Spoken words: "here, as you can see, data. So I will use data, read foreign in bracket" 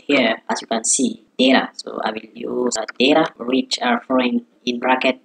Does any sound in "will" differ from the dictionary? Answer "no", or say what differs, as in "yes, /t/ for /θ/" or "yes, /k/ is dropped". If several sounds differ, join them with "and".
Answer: no